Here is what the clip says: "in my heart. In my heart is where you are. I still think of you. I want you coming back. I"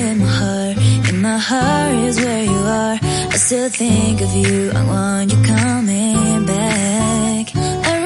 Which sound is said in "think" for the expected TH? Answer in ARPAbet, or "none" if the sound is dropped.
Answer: TH